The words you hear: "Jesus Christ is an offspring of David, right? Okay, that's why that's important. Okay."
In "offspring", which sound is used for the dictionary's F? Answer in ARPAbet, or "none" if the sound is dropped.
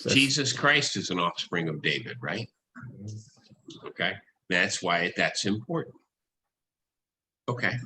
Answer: F